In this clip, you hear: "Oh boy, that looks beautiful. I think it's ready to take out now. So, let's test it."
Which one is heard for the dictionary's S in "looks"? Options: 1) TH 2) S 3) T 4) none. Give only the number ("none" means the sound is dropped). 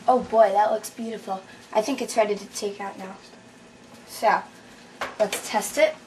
2